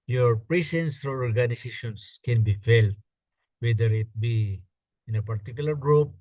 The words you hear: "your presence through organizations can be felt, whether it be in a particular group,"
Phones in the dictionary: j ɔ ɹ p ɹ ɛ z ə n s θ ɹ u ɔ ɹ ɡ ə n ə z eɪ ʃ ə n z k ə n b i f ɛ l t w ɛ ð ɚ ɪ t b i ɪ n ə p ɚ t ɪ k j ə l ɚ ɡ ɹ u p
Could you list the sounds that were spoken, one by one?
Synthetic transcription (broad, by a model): j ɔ ɹ p ɹ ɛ s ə n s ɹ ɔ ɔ ɹ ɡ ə n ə s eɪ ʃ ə n s k ə n b i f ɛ l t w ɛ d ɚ ɪ t b i ɪ n ə p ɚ t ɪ k j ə l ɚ ɡ ɹ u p